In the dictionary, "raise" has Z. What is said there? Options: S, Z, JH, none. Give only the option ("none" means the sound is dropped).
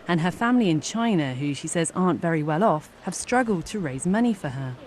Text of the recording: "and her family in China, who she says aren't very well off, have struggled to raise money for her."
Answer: Z